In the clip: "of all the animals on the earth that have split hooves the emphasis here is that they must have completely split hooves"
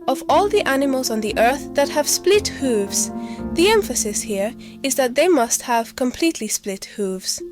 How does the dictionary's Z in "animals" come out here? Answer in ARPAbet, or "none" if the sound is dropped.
Z